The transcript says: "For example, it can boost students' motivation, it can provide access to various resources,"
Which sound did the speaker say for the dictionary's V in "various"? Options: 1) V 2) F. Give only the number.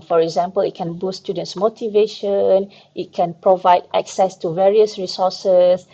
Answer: 1